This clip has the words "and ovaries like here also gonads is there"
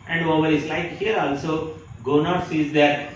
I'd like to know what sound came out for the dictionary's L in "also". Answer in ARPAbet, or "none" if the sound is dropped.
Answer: L